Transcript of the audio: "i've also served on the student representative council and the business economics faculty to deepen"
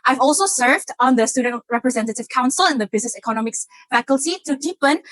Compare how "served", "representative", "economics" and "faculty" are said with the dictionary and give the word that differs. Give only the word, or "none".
none